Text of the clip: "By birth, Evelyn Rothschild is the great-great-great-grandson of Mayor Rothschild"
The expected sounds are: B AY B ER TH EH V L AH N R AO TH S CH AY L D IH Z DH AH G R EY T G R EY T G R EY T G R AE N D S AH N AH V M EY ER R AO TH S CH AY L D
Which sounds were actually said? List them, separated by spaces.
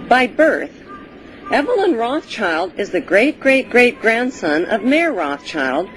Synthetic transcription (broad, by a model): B AY B ER TH EH V L AH N R AO TH CH AY L D IH Z DH AH G R EY T G R EY T G R EY T G R AE N D S AH N AH V M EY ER R AO TH CH AY L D